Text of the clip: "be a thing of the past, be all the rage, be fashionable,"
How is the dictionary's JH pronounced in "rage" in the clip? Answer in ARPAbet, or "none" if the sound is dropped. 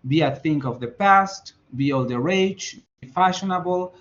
CH